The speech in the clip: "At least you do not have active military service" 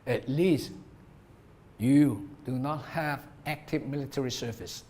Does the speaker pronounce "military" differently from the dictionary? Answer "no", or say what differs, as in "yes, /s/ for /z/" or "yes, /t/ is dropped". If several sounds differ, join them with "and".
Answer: no